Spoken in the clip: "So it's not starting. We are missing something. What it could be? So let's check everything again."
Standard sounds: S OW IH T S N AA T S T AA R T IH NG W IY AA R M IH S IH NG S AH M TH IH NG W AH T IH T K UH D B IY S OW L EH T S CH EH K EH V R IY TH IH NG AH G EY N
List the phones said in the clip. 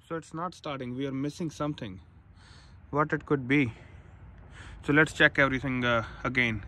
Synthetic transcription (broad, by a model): S OW IH T S N AA T S T AA R T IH NG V IY AA R M IH S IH NG S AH M T IH NG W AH T IH T K UH D B IY S OW L EH T S CH EH K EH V R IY T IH NG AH G EY N